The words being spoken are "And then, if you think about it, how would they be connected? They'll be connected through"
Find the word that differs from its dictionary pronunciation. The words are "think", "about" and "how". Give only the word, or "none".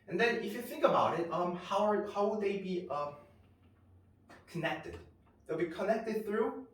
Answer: none